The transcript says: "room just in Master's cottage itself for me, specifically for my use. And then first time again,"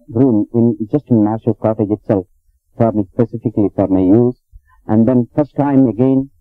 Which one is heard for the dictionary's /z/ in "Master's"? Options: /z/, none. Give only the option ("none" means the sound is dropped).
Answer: none